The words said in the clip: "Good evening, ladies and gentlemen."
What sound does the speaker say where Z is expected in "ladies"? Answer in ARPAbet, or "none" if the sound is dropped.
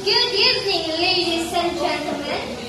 S